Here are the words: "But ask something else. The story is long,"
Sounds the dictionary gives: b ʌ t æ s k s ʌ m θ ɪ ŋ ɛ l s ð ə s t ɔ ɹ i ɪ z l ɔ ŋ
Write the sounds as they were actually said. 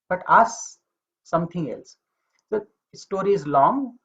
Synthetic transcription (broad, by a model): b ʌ t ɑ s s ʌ m t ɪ ŋ ɛ l s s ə s t ɔ ɹ i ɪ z l ɔ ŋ